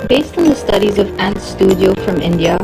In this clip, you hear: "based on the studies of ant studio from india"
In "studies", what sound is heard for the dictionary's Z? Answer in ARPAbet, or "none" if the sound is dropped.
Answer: Z